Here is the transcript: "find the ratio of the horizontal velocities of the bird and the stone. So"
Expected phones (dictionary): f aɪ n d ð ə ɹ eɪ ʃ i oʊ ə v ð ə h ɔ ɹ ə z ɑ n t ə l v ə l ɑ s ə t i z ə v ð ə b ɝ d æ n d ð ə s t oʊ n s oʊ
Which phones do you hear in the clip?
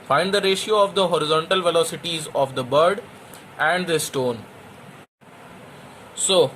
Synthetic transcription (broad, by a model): f aɪ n d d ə ɹ eɪ ʃ i oʊ ə v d ə h ɔ ɹ ə z ɑ n t ə l v ə l ɑ s ə t i z ə v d ə b ɝ d æ n d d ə s t oʊ n s oʊ